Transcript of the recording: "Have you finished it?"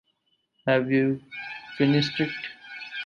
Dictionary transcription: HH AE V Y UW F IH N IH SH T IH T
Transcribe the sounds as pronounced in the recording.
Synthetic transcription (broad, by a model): HH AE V Y UW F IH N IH S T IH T